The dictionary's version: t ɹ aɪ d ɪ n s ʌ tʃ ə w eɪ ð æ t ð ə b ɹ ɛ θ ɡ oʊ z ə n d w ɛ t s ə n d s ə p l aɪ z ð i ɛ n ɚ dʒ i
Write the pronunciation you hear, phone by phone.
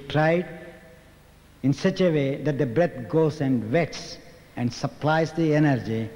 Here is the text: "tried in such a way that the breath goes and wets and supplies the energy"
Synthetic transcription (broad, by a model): t ɹ aɪ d ɪ n s ʌ tʃ ə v eɪ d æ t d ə b ɹ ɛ t ɡ oʊ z ə n d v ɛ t s ə n d s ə p l aɪ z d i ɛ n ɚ dʒ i